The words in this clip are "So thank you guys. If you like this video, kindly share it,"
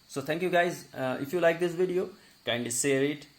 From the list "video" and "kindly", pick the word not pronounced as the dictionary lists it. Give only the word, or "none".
kindly